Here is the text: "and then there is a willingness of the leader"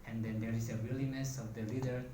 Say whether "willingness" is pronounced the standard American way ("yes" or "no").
no